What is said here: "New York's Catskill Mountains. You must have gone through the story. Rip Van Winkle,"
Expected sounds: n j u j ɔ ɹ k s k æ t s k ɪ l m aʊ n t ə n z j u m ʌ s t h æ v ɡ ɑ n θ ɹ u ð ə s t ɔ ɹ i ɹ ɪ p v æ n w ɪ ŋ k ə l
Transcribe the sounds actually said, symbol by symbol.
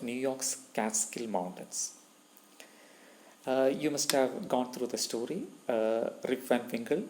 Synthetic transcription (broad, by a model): n j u j ɔ ɹ k s k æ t s k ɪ l m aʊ n t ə n s j u m ʌ s t h æ v ɡ ɑ n t ɹ u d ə s t ɔ ɹ i ɹ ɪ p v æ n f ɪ ŋ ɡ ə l